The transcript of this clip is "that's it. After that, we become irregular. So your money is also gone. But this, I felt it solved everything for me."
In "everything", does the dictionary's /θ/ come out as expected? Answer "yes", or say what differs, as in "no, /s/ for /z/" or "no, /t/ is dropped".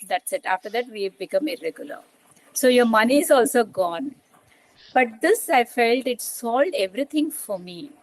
no, /t/ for /θ/